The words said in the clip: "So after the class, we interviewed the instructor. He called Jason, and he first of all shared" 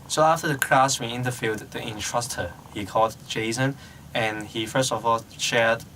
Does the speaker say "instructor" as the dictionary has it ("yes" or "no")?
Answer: no